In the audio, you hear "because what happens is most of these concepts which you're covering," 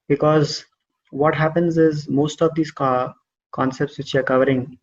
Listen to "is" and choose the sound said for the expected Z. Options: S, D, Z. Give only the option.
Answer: Z